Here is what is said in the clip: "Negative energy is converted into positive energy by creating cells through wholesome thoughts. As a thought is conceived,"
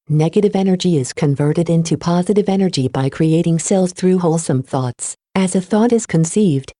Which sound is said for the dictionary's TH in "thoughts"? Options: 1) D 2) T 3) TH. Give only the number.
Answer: 3